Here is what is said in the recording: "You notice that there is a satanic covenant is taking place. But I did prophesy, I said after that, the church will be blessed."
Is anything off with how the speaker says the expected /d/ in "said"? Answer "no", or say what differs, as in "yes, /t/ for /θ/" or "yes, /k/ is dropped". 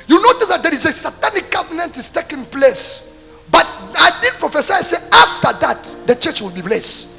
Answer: yes, /d/ is dropped